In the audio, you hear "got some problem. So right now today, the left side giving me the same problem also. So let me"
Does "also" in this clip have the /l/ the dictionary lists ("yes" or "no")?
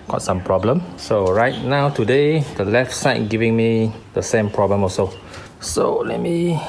no